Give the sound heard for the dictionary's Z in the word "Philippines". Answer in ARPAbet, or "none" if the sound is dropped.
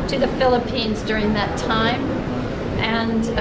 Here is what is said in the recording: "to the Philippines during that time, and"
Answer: Z